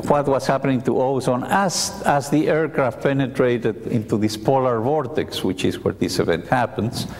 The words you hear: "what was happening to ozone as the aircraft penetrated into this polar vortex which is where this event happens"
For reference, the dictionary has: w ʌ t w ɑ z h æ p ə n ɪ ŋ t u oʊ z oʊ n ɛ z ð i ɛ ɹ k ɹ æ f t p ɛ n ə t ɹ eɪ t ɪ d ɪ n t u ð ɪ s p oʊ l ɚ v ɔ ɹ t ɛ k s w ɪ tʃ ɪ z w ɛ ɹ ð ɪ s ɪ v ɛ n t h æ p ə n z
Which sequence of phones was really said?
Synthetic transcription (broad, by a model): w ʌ t w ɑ s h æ p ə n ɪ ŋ t u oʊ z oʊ n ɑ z ð i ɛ ɹ k ɹ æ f p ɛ n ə t ɹ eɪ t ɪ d ɪ n t u ð ɪ s p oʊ l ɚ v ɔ ɹ t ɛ k s w ɪ tʃ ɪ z w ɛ ɹ ð ɪ s ɪ v ɛ n t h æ p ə n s